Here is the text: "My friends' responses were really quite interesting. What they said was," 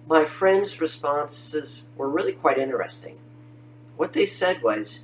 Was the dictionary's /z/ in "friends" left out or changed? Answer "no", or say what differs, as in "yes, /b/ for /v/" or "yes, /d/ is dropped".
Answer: no